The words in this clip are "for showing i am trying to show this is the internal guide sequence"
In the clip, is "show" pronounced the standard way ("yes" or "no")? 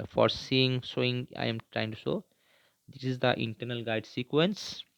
no